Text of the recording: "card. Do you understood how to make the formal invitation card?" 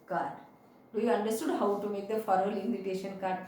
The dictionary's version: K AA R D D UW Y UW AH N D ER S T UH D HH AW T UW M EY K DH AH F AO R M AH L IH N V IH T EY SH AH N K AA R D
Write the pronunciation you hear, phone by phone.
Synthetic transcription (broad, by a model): K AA R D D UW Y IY AH N D ER S T UH D HH AW T UW M EY K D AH F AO R AH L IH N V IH T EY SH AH N K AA R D